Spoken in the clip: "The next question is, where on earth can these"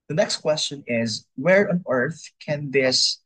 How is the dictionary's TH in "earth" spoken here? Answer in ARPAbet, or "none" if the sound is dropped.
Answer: TH